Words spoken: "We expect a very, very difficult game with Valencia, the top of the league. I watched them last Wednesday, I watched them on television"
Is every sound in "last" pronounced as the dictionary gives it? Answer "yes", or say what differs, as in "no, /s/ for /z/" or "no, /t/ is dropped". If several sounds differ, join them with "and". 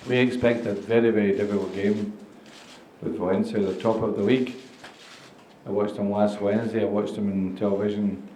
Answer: no, /w/ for /l/